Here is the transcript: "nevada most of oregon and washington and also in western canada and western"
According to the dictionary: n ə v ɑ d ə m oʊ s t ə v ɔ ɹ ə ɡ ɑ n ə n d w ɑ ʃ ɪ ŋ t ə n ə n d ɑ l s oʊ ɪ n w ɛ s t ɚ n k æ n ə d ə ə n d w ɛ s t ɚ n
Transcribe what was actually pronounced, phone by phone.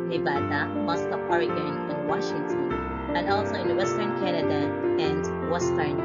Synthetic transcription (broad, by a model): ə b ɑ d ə m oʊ s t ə p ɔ ɹ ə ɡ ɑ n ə n w ɑ ʃ ɪ ŋ t ə n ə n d ɑ l s oʊ ɪ n w ɛ s t ɚ n k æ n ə d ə ə n d w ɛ s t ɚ n